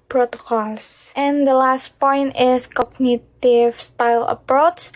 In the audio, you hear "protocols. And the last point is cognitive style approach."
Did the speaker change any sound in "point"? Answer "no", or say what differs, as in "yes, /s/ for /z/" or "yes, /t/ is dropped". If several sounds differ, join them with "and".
no